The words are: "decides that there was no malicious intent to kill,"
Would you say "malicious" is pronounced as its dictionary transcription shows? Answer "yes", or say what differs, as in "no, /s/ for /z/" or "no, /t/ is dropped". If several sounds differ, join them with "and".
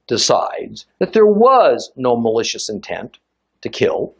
yes